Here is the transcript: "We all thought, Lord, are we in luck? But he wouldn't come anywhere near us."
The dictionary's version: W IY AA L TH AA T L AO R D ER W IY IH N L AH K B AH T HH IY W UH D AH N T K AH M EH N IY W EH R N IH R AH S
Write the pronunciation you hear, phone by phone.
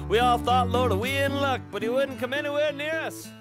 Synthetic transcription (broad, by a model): W IY AA L TH AA T L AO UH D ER W IY IH N L AH K B AH T HH IY W UH D N K AH M EH N IY W EH R N IH R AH S